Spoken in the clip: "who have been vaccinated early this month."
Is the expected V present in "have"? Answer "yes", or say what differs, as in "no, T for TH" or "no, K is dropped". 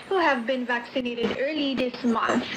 yes